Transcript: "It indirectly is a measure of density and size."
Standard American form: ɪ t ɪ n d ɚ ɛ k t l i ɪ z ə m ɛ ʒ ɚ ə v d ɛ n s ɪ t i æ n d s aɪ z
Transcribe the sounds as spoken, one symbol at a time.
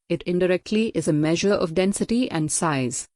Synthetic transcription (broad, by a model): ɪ t ɪ n d ɚ ɛ k t l i ɪ z ə m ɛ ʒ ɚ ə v d ɛ n s ɪ t i æ n d s aɪ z